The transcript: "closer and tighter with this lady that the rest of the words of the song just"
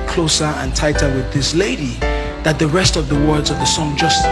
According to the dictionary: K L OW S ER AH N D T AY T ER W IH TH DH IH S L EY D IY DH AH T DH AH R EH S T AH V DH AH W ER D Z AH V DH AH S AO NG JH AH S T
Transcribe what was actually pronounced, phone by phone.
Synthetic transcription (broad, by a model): K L OW S ER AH N T AY T ER W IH DH IH S L EY D IY DH AH T DH AH R EH S T AH V DH AH W ER D Z AH V DH AH S AO NG JH AH S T